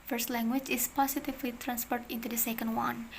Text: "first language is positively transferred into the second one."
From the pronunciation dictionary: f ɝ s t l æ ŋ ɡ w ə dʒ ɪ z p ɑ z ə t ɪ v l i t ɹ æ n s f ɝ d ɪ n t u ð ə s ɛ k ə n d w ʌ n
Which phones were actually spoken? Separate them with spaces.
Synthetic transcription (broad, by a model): f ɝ s t l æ ŋ ɡ w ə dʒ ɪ s p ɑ s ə t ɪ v l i t ɹ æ n s p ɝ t ɪ n t u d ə s ɛ k ə n d w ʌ n